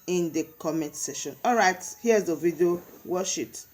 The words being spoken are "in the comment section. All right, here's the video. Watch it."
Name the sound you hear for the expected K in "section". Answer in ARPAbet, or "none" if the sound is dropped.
none